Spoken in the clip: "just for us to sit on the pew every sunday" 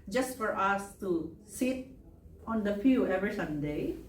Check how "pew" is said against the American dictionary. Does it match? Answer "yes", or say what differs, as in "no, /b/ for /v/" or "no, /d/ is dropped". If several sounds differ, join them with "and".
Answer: no, /f/ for /p/